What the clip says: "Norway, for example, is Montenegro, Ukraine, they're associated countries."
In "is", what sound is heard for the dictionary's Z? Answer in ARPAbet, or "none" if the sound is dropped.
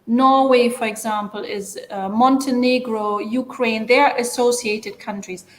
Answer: Z